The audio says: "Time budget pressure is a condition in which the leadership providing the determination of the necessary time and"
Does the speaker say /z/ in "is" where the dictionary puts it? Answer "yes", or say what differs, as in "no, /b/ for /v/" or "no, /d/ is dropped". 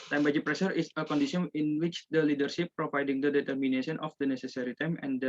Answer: no, /s/ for /z/